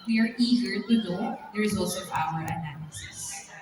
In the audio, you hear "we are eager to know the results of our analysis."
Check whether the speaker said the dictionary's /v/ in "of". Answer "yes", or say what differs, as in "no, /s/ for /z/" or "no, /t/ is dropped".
no, /p/ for /v/